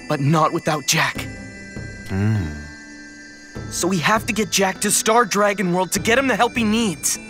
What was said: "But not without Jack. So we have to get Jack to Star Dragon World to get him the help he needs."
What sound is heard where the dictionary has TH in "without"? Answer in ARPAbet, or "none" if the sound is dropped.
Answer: TH